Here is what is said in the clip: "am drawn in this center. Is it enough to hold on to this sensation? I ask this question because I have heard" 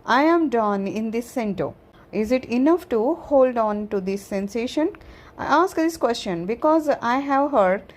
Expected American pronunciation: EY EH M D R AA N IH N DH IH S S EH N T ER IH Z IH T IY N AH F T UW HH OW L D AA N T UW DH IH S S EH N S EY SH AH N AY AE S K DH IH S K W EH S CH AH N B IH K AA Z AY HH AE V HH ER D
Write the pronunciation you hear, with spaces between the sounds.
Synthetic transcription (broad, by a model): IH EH M D AA N IH N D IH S S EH N T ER IH Z IH T IY N AH F T UW HH OW L D AA N T UW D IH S S EH N S EY SH AH N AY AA S K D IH S K W EH S CH AH N B IH K AA Z AY HH AE V HH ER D